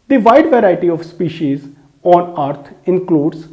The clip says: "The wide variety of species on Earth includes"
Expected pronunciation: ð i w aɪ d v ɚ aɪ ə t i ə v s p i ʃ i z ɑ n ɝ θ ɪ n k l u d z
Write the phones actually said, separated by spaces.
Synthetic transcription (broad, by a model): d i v aɪ d v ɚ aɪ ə t i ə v s p i ʃ i z ɑ n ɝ t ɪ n k l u d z